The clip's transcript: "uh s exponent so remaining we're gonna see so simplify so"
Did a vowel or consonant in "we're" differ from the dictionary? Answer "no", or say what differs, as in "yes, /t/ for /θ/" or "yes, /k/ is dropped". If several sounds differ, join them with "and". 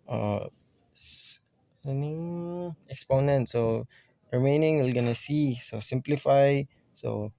yes, /l/ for /ɹ/